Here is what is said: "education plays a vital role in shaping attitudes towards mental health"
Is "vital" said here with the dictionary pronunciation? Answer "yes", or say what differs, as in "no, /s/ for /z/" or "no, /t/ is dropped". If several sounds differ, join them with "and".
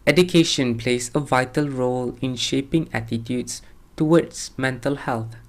yes